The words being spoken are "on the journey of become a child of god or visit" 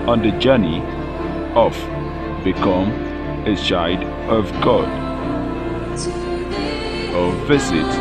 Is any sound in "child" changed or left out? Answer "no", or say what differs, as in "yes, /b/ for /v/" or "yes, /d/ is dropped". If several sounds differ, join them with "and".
yes, /l/ is dropped